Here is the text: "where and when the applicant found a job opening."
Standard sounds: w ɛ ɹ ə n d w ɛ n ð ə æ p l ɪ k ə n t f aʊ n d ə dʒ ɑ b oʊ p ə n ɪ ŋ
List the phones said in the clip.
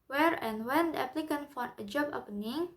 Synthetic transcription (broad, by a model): w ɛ ɹ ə n w ɛ n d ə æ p l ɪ k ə n f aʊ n ə dʒ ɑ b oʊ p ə n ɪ ŋ